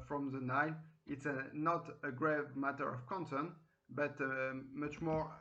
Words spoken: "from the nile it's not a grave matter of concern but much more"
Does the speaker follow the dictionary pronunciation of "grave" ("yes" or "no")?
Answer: yes